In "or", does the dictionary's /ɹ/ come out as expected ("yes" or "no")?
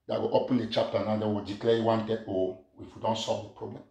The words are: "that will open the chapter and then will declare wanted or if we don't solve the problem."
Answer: no